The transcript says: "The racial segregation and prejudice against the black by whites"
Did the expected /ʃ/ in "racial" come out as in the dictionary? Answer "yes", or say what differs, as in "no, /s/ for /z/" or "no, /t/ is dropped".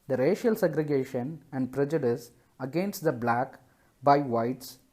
yes